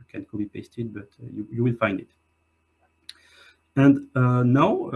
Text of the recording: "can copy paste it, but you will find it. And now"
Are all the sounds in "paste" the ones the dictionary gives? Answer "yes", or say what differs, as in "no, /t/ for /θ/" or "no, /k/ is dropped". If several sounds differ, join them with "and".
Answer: yes